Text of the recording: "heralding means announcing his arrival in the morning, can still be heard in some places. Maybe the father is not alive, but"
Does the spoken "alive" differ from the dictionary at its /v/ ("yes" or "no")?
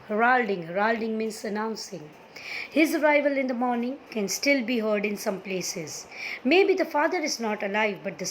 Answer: no